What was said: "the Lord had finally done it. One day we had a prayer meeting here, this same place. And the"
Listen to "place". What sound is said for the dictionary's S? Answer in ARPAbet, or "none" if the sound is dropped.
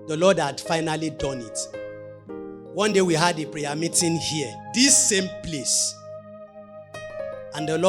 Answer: S